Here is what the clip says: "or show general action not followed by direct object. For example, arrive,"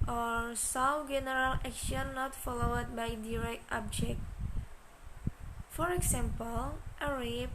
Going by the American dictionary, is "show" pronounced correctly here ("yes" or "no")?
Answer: no